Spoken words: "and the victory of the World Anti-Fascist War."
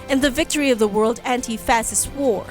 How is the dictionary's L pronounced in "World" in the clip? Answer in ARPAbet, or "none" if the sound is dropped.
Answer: L